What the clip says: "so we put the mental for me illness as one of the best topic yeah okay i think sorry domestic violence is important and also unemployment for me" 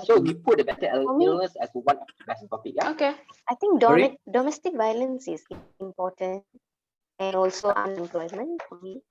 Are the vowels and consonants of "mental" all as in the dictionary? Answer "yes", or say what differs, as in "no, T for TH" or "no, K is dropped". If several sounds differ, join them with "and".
no, N is dropped